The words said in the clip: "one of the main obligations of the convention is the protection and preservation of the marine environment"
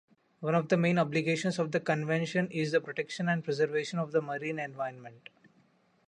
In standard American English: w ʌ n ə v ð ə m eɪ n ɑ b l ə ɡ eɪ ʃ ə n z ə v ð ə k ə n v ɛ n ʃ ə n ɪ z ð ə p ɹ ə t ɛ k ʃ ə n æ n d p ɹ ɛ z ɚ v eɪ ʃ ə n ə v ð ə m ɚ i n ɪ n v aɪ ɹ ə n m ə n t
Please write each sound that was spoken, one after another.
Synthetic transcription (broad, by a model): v ʌ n ə v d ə m eɪ n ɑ b l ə ɡ eɪ ʃ ə n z ə v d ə k ə n v ɛ n ʃ ə n ɪ z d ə p ɹ ə t ɛ k ʃ ə n æ n d p ɹ ɛ z ɚ v eɪ ʃ ə n ə v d ə m ɚ i n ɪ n v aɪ ə n m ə n t